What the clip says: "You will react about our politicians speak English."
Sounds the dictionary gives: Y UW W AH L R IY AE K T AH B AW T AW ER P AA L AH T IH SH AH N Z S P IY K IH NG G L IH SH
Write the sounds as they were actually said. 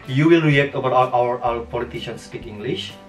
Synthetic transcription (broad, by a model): Y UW W AH L R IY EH K T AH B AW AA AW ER P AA L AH T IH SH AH N S P IY K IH NG G L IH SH